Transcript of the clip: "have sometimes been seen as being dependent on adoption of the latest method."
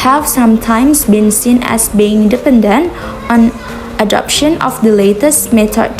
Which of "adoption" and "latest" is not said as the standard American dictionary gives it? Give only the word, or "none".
none